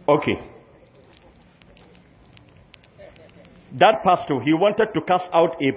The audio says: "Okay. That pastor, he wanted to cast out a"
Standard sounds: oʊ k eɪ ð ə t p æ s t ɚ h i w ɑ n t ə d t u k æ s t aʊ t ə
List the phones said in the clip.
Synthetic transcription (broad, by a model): oʊ k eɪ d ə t p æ s t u h i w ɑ n t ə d t u k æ s aʊ t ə